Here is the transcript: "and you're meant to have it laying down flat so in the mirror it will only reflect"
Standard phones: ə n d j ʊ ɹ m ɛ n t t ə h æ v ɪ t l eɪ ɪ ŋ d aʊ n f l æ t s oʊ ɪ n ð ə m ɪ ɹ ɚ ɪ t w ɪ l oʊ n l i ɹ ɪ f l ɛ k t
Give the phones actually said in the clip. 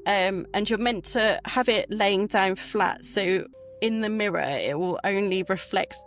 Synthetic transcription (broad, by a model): ə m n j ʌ m ɛ n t t ə h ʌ v ɪ t l eɪ ɪ ŋ d aʊ n f l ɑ t s oʊ ɪ n ð ə m ɪ ɹ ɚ ɪ t w ɪ l oʊ n l i ɹ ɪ f l ɛ k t